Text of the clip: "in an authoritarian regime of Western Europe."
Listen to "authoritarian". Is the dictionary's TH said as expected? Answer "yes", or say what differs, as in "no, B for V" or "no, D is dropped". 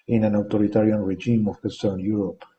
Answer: no, T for TH